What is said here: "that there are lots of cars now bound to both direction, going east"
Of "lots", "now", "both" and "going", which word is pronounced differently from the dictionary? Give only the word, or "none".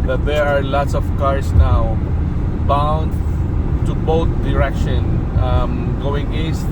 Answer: both